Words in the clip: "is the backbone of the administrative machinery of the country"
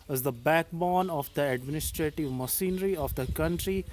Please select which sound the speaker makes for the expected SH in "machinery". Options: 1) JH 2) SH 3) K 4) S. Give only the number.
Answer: 4